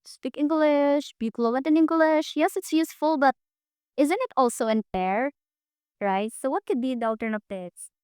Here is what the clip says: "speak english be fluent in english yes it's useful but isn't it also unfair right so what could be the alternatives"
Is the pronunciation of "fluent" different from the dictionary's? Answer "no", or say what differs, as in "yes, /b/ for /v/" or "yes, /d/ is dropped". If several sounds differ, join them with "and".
yes, /n/ is dropped